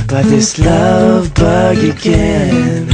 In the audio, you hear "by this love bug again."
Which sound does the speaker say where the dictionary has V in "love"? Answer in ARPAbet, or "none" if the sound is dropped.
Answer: V